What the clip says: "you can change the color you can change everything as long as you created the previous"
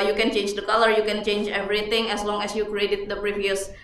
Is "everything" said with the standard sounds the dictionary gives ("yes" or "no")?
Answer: no